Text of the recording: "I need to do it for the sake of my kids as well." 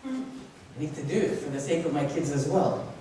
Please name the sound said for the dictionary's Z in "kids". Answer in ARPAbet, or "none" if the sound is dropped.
Z